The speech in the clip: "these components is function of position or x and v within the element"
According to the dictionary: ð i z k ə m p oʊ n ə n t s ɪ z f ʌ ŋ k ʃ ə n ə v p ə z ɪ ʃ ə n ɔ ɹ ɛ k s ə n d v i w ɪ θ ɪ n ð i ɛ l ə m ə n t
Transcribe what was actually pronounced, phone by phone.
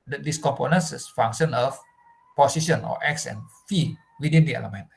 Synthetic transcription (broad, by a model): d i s k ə m p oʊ n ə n s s f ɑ ŋ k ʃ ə n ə f p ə s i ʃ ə n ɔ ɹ ɛ k s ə n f i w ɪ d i n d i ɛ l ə m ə n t